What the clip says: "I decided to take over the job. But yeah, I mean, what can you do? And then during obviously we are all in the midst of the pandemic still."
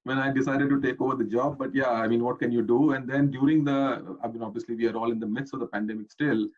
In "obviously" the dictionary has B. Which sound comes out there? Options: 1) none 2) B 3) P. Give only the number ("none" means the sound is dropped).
2